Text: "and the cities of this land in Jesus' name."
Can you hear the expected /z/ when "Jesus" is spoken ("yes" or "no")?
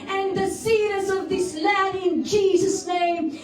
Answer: yes